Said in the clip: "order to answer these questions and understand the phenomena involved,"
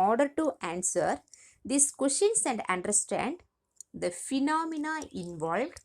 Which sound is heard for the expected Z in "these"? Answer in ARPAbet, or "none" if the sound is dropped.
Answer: S